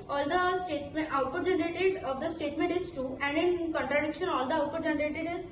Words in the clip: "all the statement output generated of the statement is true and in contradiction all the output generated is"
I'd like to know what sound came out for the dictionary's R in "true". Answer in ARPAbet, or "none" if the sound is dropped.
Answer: none